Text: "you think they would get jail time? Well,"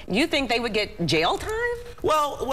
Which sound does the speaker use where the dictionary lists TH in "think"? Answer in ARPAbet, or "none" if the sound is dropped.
TH